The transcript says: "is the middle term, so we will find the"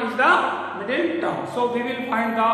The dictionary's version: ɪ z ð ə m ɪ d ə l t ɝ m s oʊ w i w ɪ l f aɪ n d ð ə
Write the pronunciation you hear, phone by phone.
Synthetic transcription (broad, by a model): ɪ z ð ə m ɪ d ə n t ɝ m s oʊ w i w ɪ l f aɪ n d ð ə